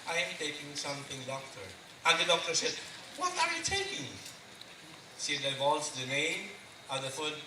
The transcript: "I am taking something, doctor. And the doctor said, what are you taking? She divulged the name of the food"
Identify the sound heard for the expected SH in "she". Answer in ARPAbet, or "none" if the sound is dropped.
S